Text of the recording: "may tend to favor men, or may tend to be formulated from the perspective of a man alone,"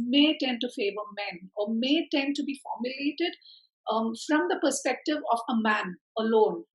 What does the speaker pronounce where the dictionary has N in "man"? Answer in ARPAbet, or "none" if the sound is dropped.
N